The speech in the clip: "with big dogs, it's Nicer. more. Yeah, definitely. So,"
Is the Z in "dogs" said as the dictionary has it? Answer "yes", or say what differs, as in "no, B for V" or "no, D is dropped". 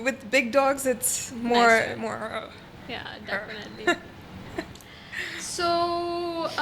yes